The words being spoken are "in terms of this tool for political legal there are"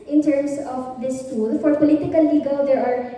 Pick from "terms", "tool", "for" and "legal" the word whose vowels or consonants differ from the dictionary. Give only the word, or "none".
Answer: terms